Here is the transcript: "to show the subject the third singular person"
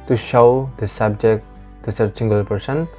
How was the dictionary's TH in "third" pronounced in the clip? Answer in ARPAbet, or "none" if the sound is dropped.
S